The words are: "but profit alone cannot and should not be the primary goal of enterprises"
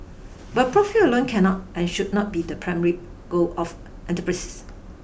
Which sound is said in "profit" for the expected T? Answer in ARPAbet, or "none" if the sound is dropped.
none